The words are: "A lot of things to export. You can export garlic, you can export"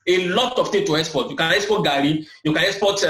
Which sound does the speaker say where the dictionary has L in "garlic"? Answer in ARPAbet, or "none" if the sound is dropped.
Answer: none